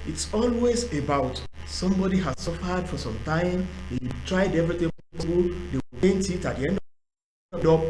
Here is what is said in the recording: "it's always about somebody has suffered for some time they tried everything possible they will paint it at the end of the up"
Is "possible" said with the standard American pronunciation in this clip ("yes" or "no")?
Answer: no